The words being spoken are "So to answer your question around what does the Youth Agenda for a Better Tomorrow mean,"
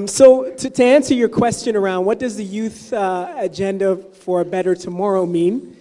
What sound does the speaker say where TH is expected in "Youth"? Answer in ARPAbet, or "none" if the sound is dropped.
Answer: TH